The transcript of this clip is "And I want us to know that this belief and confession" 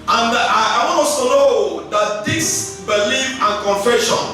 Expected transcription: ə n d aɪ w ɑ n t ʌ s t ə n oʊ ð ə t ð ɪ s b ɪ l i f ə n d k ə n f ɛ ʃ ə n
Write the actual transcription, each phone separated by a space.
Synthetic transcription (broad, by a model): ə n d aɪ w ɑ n ɔ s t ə n oʊ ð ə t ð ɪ s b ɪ l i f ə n k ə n f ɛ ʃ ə n